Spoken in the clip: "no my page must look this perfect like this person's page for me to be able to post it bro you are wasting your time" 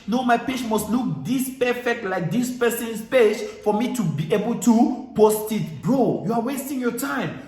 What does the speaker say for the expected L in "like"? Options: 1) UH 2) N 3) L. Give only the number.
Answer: 3